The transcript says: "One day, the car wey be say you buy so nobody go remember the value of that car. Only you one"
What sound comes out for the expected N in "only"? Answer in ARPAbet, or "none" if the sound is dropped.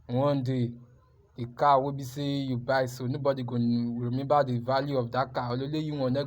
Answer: none